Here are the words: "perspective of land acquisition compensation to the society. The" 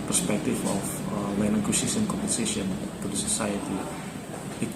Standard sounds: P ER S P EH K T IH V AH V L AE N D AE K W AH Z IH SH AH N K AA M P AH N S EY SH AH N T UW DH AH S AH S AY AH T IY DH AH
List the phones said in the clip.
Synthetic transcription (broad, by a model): P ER S P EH K T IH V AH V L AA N AA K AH S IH S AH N K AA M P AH N S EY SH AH N T UW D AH S AH S AY AH T IY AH